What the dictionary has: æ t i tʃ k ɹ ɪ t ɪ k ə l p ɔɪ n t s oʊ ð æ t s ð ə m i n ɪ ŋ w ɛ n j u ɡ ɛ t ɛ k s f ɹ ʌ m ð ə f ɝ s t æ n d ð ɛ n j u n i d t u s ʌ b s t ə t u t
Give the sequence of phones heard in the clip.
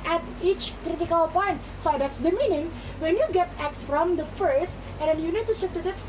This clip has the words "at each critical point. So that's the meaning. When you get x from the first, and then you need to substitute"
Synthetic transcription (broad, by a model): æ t i tʃ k ɹ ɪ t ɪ k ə l p ɔɪ n t s oʊ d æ t s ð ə m i n ɪ ŋ w ɛ n j u ɡ ɛ t ɛ k s f ɹ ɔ m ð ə f ɝ s t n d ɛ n j u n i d t u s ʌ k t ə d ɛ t